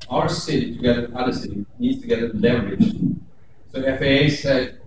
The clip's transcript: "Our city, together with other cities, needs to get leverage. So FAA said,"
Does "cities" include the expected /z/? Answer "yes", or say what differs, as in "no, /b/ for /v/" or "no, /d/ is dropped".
no, /z/ is dropped